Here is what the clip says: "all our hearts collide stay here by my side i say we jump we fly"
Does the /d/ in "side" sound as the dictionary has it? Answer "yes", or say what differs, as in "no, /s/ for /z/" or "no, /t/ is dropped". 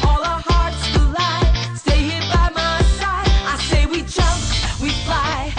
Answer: no, /d/ is dropped